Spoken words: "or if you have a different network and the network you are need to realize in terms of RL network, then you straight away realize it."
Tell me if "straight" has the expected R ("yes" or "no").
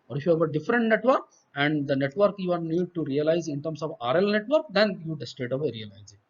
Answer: no